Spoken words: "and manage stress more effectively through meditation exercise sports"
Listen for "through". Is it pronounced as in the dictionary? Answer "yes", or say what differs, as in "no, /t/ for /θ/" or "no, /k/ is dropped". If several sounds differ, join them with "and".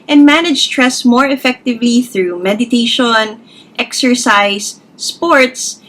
yes